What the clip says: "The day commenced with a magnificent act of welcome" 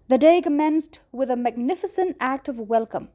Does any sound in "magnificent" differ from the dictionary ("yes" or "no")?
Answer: no